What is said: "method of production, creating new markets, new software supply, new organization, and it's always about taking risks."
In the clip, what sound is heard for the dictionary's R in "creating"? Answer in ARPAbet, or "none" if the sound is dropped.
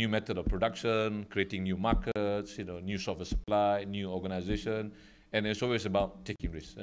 R